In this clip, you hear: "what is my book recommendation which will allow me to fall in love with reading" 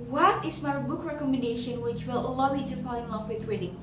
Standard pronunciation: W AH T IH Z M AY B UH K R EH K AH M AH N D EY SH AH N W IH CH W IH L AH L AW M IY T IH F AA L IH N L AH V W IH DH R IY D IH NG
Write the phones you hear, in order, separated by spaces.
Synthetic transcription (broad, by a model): W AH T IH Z M AY B UH K R EH K AH M AH N D EY SH AH N W IH CH W IH L AH L AW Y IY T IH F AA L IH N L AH F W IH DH R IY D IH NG